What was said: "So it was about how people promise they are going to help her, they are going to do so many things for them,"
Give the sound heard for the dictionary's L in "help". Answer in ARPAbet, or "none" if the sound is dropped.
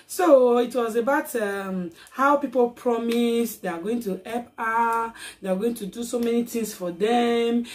none